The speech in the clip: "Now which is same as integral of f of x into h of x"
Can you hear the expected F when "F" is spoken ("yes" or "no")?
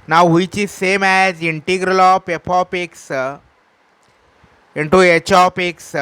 no